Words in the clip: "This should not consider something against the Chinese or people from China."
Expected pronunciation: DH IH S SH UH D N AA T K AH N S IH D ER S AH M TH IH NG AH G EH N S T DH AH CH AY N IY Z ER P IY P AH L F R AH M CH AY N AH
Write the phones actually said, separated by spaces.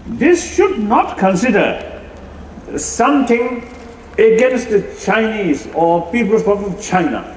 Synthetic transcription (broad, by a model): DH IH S SH UH D N AA T K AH N S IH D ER S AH M T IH NG AH G EH N S T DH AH CH AY N IY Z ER P IY P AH L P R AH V CH AY N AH